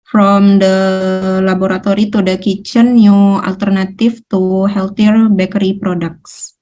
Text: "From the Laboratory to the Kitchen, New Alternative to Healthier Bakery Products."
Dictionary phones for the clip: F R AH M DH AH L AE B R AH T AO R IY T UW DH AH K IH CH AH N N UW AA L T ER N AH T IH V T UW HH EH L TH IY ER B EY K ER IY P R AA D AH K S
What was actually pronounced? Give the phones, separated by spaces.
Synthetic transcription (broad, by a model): F R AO M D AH L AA B R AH T AO R IY T UW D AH K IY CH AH N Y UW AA L T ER N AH T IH F T UW HH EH L T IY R B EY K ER IY P R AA D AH K S